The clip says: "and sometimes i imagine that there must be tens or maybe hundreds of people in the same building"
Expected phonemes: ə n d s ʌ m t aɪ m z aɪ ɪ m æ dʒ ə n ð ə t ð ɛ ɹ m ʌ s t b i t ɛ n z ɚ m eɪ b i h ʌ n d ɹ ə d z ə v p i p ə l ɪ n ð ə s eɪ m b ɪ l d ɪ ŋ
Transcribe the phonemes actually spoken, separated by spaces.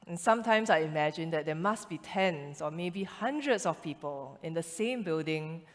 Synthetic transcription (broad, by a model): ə n s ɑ m t aɪ m s aɪ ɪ m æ dʒ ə n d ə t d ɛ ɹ m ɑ s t b i t ɛ n s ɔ m eɪ b i h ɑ n d ɹ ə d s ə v p i p ə l ɪ n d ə s eɪ m b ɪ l d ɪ ŋ